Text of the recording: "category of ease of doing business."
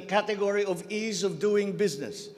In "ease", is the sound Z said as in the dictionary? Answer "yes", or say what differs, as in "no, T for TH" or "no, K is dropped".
yes